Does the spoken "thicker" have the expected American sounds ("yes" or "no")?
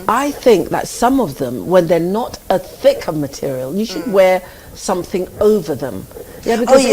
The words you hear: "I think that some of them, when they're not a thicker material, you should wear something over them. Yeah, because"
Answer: yes